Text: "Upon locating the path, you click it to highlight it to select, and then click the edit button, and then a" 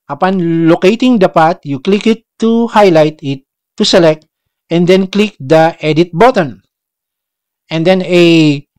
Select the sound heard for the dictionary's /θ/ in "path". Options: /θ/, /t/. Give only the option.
/t/